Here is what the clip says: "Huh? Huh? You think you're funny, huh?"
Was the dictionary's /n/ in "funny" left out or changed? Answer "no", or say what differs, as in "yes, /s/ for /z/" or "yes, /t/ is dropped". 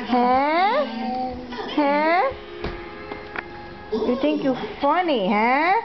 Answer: no